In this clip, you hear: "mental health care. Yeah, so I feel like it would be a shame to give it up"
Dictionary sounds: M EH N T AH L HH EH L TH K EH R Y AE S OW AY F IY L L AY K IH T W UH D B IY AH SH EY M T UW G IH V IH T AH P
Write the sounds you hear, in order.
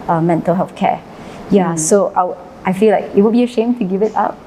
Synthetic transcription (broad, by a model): M EH N T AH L HH EH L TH K EH Y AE S OW AY F IY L L AY K IH T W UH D B IY AH SH EY M T UW G IH V IH T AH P